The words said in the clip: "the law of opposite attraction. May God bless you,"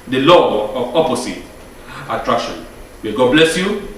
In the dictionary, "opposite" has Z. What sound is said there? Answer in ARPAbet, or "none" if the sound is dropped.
S